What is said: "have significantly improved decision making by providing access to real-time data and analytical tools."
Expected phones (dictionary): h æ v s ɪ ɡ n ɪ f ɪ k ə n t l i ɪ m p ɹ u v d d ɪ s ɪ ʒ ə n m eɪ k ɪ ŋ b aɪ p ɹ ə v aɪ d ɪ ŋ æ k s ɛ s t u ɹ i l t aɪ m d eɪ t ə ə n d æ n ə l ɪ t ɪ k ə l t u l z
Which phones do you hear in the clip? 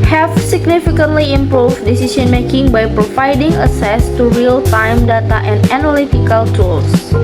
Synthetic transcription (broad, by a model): h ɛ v s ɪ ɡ n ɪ f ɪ k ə n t l i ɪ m p ɹ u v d d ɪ s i s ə n m eɪ k ɪ ŋ b aɪ p ɹ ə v aɪ d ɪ ŋ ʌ s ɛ s t u ɹ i l t aɪ m d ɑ t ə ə n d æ n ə l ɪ t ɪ k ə l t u l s